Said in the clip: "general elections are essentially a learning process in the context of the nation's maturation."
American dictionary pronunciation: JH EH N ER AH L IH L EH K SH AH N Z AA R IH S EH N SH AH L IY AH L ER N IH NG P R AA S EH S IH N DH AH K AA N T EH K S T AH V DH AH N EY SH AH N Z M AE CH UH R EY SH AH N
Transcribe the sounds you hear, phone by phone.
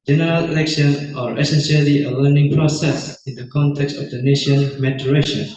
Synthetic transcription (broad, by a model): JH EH N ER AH L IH L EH K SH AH N AA R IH S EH N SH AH L IY AH L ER N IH NG P R AA S EH S IH N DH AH K AA N T EH K S T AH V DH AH N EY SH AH N M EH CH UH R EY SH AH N